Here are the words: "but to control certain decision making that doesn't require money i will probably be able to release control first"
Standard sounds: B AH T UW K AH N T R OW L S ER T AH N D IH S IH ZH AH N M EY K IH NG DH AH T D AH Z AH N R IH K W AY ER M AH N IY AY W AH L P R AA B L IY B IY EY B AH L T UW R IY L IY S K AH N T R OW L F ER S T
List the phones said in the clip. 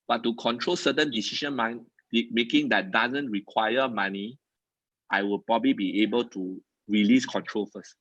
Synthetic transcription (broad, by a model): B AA T UW K AH N T R OW L S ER T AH N D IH S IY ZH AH N M EY K IH NG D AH T D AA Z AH N R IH K W AY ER M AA N IY AY W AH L P R AA B L IY B IY EY B AH L T UW R IY L IY S K AH N T R OW L F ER S T